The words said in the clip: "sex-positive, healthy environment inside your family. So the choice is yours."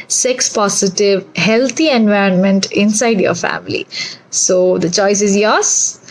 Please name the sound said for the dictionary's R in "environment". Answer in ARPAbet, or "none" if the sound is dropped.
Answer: R